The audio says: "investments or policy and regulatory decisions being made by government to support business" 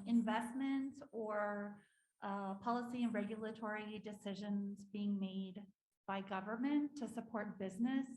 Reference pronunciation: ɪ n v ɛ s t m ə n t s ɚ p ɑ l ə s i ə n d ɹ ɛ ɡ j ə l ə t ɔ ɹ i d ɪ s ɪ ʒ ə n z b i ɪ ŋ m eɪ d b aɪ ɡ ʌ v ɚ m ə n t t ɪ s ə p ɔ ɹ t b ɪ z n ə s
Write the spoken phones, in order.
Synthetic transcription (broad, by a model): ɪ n v ɛ s t m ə n t s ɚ p ɑ l ə s i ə n ɹ ɛ ɡ j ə l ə t ɔ ɹ i d ɪ s ɪ ʒ ə n z b i ɪ ŋ m eɪ d b aɪ ɡ ʌ v ɚ m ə n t t ɪ s ə p ɔ ɹ t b ɪ z n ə s